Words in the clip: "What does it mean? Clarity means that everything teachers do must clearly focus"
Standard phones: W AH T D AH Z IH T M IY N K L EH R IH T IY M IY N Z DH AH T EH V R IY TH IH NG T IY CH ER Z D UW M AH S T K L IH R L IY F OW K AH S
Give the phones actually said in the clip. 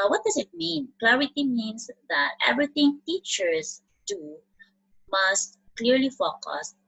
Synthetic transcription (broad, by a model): W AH T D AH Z IH T M IY N K L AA R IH T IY M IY N S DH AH T EH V R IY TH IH NG T IY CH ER S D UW M AH S T K L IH R L IY F OW K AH S